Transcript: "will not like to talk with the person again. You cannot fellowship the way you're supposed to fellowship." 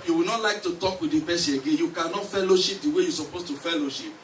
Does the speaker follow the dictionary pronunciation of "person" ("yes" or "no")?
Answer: no